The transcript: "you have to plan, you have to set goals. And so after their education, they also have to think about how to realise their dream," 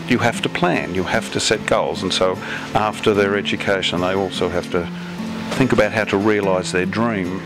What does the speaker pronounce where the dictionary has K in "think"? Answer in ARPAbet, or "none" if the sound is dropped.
K